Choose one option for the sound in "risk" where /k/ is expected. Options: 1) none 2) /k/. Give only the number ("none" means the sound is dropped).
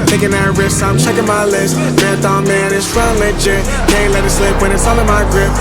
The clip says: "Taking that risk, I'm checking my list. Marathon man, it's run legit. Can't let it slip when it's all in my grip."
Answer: 1